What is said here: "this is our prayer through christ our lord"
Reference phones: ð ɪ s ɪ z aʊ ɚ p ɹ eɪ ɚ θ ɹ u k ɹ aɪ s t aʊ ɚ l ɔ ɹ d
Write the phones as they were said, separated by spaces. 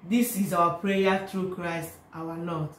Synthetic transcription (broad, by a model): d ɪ s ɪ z aʊ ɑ p ɹ eɪ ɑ t ɹ u k ɹ aɪ s t aʊ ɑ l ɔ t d